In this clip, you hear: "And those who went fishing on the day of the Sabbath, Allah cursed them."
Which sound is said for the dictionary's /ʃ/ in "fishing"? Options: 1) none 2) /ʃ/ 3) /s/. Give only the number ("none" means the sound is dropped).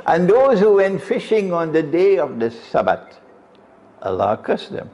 2